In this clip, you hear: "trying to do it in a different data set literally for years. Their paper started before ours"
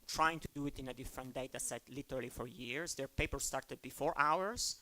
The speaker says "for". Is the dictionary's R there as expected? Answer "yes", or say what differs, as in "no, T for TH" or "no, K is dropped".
yes